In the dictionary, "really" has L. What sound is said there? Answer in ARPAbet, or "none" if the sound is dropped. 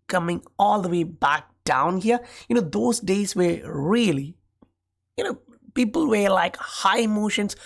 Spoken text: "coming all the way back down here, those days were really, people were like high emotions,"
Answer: N